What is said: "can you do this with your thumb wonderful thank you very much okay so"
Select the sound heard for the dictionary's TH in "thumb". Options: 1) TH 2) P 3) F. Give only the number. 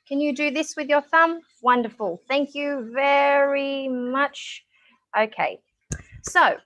1